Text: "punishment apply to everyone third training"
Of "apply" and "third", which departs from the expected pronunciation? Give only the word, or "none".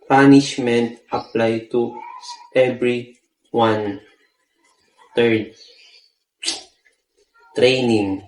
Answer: third